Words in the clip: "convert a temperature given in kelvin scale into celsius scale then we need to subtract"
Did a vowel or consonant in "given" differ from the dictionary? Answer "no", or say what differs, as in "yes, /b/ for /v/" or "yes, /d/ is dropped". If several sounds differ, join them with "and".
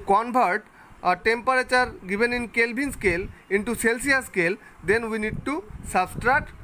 yes, /b/ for /v/